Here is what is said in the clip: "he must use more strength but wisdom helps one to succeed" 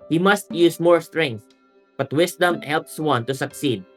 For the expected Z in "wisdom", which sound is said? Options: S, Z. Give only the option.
S